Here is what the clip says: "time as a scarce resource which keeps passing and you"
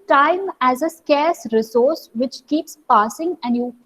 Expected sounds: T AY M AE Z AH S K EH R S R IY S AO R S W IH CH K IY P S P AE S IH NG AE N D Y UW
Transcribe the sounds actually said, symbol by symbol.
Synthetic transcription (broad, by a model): T AY M AE Z AH S K EH R S R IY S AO R S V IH CH K IY P S P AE S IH NG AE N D Y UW